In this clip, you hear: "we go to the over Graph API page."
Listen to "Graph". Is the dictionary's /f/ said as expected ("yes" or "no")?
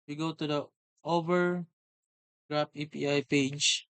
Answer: no